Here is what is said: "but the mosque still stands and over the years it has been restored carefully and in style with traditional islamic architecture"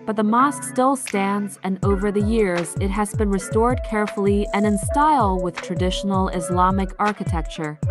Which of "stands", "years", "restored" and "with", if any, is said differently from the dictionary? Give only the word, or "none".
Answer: none